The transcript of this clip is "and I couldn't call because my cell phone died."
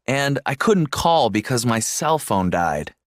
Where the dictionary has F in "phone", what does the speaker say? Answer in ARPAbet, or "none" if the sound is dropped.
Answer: F